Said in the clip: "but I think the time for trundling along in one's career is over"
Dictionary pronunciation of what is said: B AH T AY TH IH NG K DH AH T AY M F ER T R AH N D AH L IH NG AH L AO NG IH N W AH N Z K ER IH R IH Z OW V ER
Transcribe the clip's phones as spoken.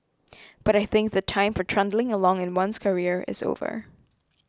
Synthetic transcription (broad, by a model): B AH T AY TH IH NG K DH AH T AY M F ER T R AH N D L IH NG AH L AO NG IH N W AH N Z K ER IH R IH Z OW V ER